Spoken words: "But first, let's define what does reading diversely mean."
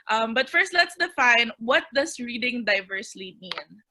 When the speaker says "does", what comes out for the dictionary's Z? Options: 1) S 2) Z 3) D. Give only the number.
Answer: 1